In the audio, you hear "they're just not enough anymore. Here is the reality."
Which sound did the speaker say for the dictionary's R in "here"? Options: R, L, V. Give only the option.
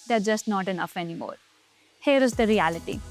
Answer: R